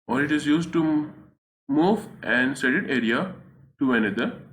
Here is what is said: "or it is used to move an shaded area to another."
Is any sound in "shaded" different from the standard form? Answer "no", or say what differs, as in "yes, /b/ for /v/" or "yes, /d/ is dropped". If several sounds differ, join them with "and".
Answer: yes, /s/ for /ʃ/